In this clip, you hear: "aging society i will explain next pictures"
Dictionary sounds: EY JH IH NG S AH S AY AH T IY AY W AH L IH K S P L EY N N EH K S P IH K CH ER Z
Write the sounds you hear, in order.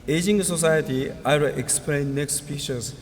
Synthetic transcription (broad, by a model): EY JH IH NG S AH S AY AH T IY AY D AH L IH K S P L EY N N EH K S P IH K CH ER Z